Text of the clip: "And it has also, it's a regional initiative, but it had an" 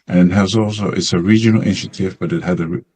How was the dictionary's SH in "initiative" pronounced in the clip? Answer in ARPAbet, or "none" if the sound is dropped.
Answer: SH